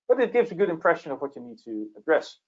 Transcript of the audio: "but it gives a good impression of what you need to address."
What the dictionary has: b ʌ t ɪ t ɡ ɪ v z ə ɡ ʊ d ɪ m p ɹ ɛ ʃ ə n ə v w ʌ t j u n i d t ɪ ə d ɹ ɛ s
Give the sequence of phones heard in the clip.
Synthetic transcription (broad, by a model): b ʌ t ɪ t ɡ ɪ v z ə ɡ ʊ d ɪ m p ɹ ɛ ʃ ə n ə v w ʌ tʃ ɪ n i d t ɪ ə d ɹ ɛ s